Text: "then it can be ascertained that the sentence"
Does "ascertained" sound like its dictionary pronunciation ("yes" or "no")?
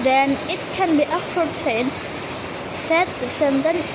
no